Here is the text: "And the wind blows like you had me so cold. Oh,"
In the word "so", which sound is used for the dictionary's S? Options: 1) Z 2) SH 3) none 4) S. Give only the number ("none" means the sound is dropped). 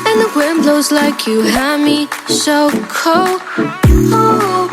2